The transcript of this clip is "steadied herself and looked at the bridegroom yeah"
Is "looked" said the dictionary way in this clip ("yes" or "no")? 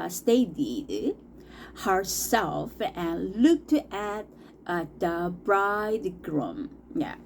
yes